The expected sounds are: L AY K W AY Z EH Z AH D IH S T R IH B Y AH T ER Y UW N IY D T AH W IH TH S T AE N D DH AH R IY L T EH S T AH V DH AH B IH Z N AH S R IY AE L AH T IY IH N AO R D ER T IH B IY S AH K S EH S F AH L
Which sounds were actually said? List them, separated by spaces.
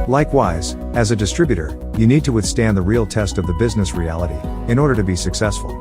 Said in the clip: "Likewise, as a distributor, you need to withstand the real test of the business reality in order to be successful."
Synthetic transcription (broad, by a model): L AY K W AY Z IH Z AH D IH S T R IH B Y AH T ER Y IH N IY D T AH W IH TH S T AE N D DH AH R IY L T EH S T AH V DH AH B IH Z N AH S R IY AE L AH T IY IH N AO R D ER T IH B IY S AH K S EH S F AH L